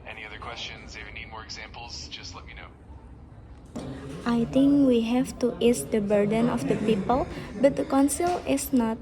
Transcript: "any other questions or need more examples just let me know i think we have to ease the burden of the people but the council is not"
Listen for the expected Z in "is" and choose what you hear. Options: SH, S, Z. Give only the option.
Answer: S